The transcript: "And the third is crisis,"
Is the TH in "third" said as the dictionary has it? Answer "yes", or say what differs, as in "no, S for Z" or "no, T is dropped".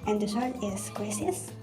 no, S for TH